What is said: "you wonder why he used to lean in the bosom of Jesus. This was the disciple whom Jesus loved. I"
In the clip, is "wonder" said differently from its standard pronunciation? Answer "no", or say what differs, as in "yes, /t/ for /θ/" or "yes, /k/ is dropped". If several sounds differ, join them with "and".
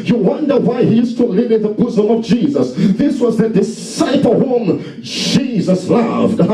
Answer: no